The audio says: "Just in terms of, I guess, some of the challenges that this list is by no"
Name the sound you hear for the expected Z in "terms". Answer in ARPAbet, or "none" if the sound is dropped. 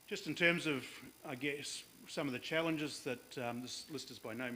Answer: Z